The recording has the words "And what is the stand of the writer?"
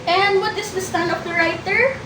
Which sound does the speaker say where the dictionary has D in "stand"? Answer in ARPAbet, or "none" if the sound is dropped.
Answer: none